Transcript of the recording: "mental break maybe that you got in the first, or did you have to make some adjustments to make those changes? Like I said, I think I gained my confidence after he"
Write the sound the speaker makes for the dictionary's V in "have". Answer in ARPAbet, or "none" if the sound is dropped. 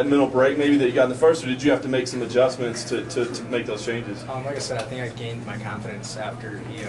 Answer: F